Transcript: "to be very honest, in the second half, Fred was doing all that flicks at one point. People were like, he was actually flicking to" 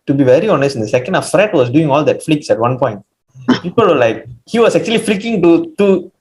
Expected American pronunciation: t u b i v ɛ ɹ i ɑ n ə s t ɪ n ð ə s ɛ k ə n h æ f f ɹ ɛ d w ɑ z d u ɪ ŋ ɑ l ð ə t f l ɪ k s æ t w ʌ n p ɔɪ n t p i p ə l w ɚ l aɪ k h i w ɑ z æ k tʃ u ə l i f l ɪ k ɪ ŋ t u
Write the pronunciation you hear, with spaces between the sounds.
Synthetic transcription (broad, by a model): t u b i v ɛ ɹ i ɑ n ə s t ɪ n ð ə s ɛ k ə n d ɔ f f ɹ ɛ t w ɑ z d u ɪ ŋ ɑ l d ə t f l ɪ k s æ t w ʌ n p ɔɪ n t p i p ə l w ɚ l aɪ k h i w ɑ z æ k tʃ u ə l i f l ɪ k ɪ ŋ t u